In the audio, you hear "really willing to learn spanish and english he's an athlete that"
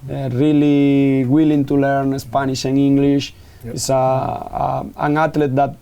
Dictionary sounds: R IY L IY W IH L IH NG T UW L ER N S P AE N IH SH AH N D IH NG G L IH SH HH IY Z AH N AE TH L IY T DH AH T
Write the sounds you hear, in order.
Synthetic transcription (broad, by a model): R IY L IY W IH L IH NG T UW L ER N S P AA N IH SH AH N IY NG G L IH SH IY S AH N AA T L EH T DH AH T